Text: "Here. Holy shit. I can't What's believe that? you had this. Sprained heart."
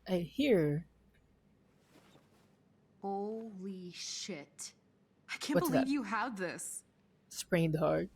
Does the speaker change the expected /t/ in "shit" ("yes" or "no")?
no